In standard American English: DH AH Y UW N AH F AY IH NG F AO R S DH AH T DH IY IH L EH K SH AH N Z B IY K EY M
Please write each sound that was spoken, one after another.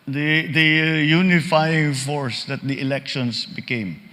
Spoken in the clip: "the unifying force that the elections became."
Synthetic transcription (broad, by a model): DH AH Y UW N AH F AY IH NG F AO R S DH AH T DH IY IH L EH K SH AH N S B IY K EY M